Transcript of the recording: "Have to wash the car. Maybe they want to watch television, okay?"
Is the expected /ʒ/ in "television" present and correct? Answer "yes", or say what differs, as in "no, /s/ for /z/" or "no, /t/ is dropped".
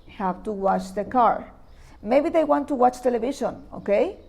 no, /ʃ/ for /ʒ/